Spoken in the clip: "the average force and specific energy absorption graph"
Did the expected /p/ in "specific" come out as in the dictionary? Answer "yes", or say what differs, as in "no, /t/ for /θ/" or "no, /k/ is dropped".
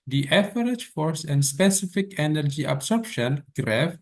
yes